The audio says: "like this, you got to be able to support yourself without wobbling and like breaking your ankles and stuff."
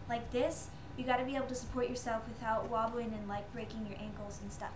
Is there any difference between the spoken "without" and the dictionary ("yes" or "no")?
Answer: no